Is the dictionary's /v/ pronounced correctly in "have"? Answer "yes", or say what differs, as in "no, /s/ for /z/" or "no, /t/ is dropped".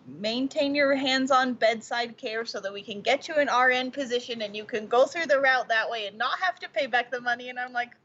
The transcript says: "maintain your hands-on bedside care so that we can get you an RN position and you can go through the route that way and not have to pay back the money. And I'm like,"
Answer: no, /f/ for /v/